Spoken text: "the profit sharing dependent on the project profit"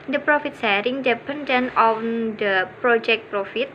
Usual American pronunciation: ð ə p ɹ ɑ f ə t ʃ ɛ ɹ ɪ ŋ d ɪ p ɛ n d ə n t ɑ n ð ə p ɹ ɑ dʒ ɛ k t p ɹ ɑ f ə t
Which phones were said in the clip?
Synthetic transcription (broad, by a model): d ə p ɹ ɑ f ə t s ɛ ɹ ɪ ŋ d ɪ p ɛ n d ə n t ɑ n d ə p ɹ ɑ dʒ ɛ k t p ɹ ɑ f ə t